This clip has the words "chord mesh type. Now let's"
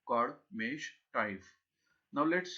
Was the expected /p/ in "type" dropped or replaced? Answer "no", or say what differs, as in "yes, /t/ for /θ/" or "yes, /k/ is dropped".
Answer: yes, /f/ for /p/